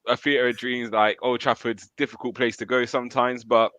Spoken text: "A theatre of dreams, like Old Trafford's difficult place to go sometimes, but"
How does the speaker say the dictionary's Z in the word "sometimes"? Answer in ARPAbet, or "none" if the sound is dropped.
Z